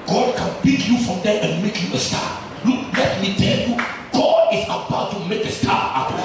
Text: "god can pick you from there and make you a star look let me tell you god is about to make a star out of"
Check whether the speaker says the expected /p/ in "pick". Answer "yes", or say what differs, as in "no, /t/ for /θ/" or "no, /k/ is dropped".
no, /b/ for /p/